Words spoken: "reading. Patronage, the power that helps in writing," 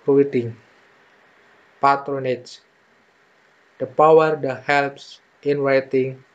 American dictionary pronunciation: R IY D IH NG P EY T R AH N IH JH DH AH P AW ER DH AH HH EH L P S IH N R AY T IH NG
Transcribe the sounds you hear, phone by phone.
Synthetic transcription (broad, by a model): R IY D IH NG P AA T R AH N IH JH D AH P AW ER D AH HH EH L P S IH N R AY T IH NG